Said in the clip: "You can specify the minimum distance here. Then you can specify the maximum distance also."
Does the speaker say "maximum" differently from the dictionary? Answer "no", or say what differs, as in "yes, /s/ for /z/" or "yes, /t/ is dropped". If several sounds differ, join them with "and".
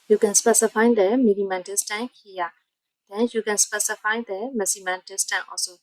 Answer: yes, /k/ is dropped